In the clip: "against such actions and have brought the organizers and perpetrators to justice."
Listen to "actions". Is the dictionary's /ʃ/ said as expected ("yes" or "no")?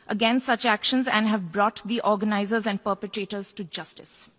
yes